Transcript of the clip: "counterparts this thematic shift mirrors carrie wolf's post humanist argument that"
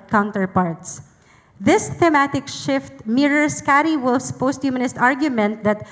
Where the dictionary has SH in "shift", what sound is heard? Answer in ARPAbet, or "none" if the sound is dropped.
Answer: SH